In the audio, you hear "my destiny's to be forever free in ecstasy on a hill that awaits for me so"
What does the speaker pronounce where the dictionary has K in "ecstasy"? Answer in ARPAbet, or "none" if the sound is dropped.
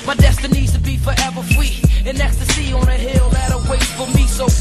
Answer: K